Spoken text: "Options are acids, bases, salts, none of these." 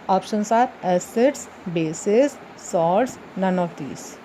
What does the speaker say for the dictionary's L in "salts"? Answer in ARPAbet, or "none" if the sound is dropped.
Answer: none